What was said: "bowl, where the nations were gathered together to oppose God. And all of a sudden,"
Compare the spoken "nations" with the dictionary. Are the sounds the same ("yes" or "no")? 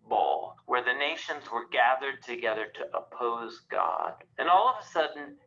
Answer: yes